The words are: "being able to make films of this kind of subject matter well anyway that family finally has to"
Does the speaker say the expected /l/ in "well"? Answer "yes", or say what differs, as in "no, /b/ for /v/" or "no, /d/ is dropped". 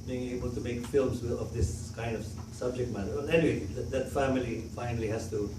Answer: no, /n/ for /l/